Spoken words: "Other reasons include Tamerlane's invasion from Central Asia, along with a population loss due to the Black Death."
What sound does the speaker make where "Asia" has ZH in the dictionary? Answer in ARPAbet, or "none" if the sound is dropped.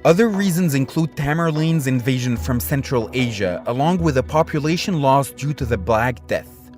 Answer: ZH